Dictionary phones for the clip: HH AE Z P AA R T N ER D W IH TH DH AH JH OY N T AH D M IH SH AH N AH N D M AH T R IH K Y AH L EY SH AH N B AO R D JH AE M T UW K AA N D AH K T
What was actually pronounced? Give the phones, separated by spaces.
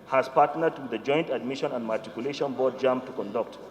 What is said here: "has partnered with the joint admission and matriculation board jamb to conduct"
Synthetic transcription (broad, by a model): HH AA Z P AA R T N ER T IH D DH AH JH OY N T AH D M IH SH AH N AH N D M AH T IH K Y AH L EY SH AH N B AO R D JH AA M T UW K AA N D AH K T